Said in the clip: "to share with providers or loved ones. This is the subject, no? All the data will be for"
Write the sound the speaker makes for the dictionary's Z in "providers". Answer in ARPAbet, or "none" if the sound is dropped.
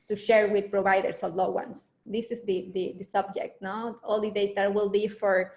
S